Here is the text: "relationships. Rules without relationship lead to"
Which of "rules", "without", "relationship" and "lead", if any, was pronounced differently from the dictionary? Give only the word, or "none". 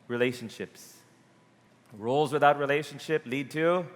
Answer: none